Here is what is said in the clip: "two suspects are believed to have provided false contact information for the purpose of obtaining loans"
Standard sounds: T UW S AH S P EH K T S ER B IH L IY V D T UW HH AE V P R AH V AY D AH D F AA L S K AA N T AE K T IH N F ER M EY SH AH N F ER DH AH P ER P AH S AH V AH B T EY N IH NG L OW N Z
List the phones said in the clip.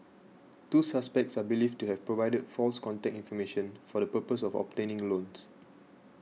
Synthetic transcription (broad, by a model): T UW S AH S P EH K T S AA B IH L IY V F T UW HH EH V P R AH V AY D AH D F AA L S K AA N T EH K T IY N F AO M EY SH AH N F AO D AH P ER P AH S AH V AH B T EY N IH NG L OW N S